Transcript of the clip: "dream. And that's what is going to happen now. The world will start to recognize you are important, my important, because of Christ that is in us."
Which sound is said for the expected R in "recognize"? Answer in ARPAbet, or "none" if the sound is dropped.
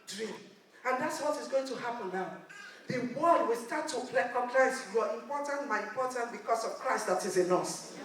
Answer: L